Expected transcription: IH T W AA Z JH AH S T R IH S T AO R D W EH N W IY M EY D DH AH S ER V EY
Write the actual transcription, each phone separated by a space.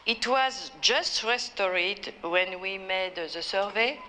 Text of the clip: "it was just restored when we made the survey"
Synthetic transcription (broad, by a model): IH T W AA Z JH AH S T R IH S T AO R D W EH N W IY M EY D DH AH S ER V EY